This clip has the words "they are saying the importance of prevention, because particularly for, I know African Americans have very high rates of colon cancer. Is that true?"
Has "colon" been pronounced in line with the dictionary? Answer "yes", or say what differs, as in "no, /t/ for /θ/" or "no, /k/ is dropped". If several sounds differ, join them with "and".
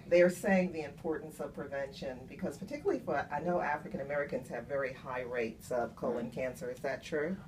yes